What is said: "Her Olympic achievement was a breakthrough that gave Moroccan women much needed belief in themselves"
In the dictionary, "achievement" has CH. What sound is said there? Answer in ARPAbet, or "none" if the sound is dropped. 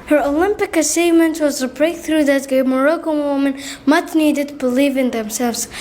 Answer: S